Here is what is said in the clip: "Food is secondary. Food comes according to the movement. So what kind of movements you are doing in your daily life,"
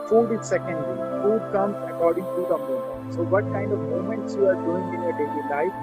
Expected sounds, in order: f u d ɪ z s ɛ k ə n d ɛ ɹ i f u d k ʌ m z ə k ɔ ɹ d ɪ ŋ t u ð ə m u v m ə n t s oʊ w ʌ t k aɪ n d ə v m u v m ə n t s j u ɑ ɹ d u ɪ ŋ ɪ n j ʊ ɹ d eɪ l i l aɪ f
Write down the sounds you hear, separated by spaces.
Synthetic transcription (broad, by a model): f u d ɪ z s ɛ k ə n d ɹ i f u d k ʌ m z ə k ɔ ɹ d ɪ ŋ t u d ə m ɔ m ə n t s oʊ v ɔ t k aɪ n d ə v m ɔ m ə n t s j u ɑ ɹ d u ɪ ŋ ɪ n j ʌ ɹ d eɪ l i l aɪ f